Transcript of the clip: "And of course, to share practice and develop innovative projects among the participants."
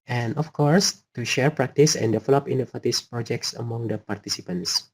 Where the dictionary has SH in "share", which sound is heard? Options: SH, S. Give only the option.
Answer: SH